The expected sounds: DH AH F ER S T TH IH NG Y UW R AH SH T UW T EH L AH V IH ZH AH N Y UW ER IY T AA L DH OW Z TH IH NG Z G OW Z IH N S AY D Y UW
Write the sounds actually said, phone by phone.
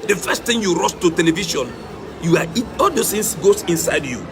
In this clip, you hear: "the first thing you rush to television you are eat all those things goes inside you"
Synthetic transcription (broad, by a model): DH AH F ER S T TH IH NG Y UW R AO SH T UW T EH L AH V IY SH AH N Y UW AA IY T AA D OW S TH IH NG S G OW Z IH N S AY D Y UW